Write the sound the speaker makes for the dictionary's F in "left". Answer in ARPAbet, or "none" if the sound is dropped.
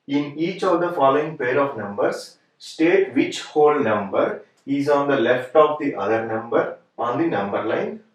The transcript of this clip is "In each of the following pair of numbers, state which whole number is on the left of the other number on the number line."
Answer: F